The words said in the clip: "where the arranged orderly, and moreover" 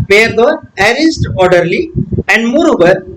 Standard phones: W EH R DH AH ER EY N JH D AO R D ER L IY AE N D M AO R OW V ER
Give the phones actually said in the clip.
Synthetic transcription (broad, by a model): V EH R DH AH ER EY JH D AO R D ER L IY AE N D M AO R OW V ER